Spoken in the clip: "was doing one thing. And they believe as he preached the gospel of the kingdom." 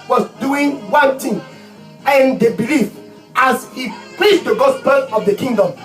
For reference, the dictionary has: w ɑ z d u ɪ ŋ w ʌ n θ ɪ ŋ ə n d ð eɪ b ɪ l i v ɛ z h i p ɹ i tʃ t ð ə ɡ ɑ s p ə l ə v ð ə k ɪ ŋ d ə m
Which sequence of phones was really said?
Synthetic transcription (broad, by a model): w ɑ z d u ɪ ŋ w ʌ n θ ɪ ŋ ə n d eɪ b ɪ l i f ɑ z h i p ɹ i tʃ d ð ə ɡ ɑ s p ə l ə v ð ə k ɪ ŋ d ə m